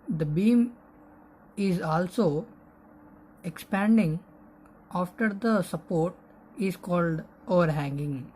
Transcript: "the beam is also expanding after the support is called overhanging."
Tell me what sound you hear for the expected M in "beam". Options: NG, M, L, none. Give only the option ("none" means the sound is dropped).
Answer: M